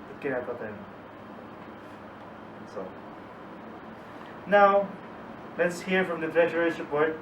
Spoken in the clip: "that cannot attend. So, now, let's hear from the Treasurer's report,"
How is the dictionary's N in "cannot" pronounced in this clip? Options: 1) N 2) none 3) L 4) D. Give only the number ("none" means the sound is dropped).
2